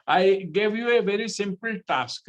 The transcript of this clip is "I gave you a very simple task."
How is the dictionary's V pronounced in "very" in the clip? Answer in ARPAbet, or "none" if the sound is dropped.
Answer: V